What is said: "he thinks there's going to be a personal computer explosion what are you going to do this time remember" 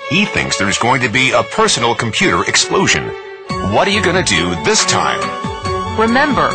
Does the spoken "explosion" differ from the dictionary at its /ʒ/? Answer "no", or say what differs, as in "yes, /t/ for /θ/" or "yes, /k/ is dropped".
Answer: no